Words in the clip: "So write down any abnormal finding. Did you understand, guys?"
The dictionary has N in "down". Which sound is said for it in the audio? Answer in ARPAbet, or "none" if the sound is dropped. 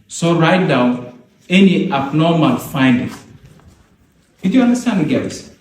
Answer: none